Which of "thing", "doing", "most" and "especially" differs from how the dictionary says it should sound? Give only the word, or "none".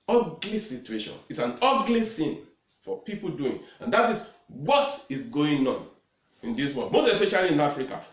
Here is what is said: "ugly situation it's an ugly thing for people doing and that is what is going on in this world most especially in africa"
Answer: thing